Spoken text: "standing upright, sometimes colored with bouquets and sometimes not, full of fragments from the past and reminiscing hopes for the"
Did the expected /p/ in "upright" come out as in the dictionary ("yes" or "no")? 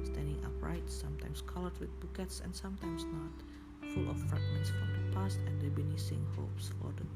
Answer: yes